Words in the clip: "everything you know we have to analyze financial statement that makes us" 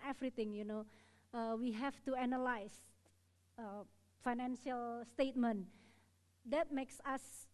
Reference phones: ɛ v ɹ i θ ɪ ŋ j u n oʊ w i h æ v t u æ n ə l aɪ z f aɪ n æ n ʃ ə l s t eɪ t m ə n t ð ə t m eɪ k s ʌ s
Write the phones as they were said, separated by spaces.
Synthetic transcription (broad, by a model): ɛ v ɹ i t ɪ ŋ j u n oʊ w i h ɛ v t u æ n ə l aɪ s f aɪ n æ n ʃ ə l s t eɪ t m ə n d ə t m eɪ k s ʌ s